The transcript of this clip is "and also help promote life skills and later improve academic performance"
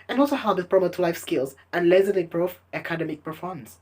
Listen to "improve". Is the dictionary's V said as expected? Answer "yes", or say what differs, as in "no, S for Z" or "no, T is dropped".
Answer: no, F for V